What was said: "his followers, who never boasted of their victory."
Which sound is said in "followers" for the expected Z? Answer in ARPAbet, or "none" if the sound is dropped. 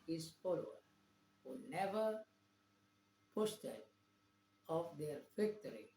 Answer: none